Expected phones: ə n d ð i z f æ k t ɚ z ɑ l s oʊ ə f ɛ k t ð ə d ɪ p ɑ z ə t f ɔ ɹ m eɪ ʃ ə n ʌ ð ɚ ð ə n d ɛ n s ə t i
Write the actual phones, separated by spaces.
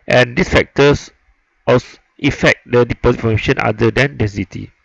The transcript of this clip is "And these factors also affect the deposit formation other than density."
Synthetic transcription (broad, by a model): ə n d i s f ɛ k t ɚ s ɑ s ə f ɛ k t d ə d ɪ p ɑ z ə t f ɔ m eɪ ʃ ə n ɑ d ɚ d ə n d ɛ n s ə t i